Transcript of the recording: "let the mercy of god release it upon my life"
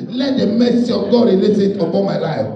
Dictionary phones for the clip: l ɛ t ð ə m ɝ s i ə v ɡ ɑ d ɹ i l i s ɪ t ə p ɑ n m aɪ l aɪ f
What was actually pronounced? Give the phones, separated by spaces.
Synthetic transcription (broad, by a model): l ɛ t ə m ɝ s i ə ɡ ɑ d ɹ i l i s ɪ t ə b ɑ m aɪ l aɪ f